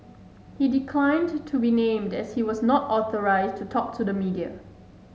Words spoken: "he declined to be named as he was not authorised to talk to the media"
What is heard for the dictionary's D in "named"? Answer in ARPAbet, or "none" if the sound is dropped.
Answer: D